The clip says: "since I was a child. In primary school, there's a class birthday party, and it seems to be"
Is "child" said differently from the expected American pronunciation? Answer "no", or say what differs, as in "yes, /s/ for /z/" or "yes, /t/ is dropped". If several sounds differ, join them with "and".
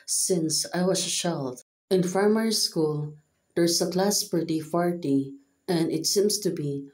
yes, /ʃ/ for /tʃ/